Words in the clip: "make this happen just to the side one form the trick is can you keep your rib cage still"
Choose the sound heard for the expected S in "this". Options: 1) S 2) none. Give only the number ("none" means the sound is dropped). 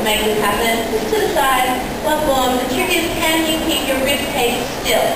2